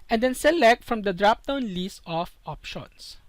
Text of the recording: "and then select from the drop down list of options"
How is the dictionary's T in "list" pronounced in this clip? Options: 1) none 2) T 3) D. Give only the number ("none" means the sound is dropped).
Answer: 1